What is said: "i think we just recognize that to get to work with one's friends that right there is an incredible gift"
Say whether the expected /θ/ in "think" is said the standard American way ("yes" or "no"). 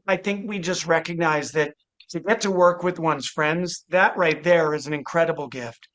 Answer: yes